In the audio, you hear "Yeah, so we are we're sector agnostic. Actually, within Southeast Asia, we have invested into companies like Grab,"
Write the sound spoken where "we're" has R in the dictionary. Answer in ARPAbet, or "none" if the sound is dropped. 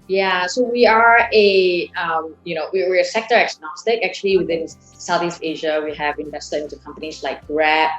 W